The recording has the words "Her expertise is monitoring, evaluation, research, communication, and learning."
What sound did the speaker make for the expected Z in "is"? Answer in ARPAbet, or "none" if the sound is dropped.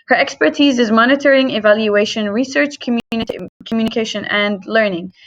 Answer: Z